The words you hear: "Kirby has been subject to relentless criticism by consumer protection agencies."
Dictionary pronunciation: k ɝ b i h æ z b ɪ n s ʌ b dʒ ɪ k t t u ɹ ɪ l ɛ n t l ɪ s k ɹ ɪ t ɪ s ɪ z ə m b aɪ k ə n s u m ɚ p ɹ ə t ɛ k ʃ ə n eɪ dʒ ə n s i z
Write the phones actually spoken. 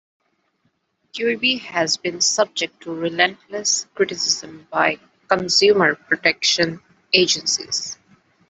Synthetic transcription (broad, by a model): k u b i h æ z b ɪ n s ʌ b dʒ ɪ k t t u ɹ ɪ l ɛ n t l ɪ s k ɹ ɪ t ɪ s ɪ z ə m b aɪ k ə n s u m ɚ p ɹ ə t ɛ k ʃ ə n eɪ dʒ ə n s i z